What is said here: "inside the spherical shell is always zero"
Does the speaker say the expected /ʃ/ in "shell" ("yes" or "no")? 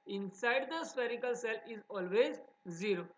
no